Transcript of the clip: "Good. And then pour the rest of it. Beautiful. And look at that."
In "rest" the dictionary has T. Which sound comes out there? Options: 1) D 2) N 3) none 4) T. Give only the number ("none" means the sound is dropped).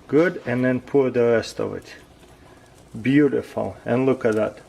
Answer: 4